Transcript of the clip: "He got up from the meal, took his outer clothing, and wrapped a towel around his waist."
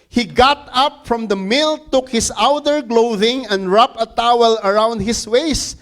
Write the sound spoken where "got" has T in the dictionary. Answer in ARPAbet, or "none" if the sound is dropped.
T